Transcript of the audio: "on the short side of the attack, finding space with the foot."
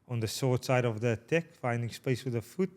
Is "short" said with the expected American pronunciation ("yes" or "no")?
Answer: no